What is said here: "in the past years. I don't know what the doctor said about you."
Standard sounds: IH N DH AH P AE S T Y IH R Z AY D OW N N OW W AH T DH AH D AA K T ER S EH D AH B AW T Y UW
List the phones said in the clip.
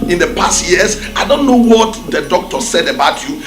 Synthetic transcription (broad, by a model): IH N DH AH P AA S T Y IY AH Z AY D OW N N OW W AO T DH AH D AA K T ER S EH D AH B AW T Y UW